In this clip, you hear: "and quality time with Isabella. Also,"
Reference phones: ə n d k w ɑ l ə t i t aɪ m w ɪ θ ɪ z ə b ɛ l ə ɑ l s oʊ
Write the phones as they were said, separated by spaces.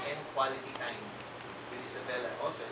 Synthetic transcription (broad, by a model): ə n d k w ɑ l ə t i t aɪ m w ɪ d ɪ s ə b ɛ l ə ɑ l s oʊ